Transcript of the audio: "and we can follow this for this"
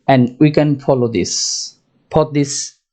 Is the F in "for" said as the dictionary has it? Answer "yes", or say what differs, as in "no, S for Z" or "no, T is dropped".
no, P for F